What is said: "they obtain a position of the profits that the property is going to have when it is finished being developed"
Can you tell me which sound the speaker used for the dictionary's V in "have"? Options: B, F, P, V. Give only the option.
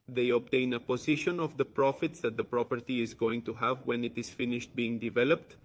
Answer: V